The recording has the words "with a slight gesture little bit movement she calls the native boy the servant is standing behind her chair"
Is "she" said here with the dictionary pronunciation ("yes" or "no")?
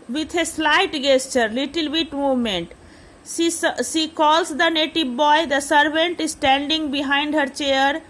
no